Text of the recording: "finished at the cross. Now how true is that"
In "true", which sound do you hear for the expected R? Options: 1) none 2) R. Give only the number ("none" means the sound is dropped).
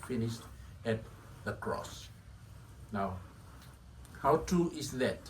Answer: 1